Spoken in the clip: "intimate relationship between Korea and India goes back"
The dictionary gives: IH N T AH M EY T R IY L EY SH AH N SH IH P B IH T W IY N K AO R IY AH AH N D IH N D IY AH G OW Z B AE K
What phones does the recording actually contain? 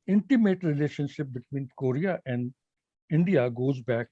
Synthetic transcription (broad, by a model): IH N T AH M EY T R IY L EY SH AH N SH IH P B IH T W IY N K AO R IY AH AH N D IH N D IY AH G OW Z B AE K